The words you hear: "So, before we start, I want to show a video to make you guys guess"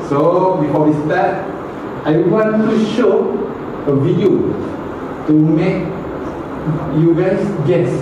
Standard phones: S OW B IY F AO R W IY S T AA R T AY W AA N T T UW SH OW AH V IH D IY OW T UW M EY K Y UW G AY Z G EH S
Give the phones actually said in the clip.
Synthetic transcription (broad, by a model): S OW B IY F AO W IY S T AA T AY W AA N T T UW SH OW AH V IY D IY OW T UW M EY K Y UW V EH S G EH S